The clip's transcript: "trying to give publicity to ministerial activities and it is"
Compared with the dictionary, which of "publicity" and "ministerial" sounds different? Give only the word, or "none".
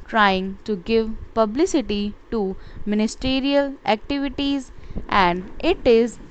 none